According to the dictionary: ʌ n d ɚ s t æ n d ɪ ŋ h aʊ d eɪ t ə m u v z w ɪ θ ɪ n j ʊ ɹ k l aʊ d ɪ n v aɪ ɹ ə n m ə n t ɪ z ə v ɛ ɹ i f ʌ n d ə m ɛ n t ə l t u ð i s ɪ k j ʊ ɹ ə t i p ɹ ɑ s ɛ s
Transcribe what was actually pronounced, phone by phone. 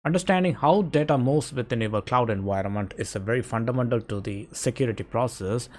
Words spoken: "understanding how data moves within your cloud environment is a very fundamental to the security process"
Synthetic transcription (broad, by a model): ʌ n d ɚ s t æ n d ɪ ŋ h aʊ d eɪ t ə m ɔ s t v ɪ t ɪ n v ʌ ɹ k l aʊ d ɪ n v aɪ ɹ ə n m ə n t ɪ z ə v ɛ ɹ i f ʌ n d ə m ɛ n t ə l t u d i s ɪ k j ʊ ɹ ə t i p ɹ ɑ s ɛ s